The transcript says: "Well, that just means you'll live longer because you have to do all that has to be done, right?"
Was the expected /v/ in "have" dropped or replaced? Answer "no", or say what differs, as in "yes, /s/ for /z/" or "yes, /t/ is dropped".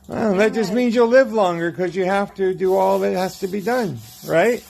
yes, /f/ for /v/